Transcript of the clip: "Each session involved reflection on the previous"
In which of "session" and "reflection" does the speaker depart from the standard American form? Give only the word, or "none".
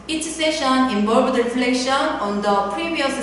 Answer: none